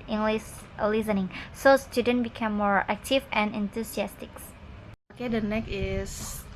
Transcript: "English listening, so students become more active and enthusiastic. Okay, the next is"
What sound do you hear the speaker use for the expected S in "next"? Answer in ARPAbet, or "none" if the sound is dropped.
none